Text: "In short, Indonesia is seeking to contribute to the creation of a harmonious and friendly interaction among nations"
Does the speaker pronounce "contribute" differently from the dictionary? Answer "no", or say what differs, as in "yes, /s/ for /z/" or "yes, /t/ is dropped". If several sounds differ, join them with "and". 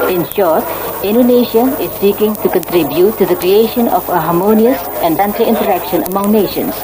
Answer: no